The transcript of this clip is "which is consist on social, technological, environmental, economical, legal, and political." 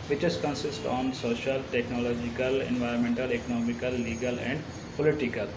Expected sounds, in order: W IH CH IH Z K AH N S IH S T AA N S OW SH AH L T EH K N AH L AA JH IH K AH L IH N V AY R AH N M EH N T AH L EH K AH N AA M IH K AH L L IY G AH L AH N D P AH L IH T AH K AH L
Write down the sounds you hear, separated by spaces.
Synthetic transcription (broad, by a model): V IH CH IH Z K AH N S IH S T AA N S OW SH AH L T EH K N AH L AA JH IH K AH L IH N V AY R AH N M EH N T AH L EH K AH N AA M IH K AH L L IY G AH L AH N D P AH L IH T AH K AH L